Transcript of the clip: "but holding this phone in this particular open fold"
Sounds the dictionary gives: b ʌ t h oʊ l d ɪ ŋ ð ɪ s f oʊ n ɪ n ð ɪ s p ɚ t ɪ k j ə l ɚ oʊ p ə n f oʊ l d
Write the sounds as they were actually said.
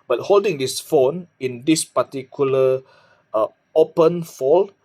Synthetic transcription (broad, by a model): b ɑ t h oʊ l d ɪ ŋ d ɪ s f oʊ n ɪ n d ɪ s p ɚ t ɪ k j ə l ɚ oʊ p ə n f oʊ l